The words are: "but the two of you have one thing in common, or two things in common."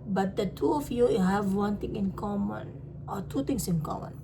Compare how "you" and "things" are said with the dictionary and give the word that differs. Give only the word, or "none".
things